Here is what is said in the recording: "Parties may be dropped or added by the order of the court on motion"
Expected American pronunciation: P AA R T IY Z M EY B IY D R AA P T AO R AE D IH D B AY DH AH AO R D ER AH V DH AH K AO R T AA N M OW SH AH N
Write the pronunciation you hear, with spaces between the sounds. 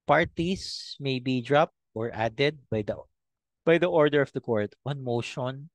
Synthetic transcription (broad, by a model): P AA R T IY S M EY B IY D R AA P T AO R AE D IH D B AY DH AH AO R D ER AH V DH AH K AO R T AA N M OW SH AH N